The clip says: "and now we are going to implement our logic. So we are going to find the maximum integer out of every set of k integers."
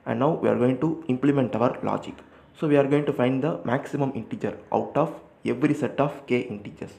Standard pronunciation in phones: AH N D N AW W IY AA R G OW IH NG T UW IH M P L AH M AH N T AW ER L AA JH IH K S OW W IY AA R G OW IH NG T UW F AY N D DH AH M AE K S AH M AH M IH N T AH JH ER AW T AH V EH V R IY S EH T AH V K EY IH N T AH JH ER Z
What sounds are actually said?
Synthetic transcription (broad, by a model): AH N D N AW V IY AA R G OW IH NG T UW IH M P L AH M AH N T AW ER L AA JH IH K S OW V IY AA R G OW IH NG T UW F AY N D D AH M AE K S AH M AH M IH N T AH JH ER AW T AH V EH V R IY S EH T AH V K EY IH N T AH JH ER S